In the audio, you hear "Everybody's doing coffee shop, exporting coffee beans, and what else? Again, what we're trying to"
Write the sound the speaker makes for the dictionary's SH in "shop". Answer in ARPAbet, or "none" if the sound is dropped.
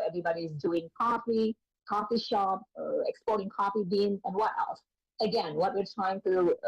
SH